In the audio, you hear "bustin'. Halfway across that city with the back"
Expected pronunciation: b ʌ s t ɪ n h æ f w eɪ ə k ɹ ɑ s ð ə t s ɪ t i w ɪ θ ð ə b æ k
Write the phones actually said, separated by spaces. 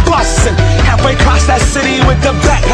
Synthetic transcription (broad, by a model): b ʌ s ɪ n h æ w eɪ ə k ɹ ɑ s ð ə t s ɪ t i w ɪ ð ə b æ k